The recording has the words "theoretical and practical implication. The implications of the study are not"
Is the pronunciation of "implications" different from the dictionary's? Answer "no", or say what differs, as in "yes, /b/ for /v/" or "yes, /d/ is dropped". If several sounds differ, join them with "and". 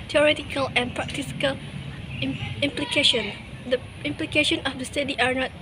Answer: yes, /z/ is dropped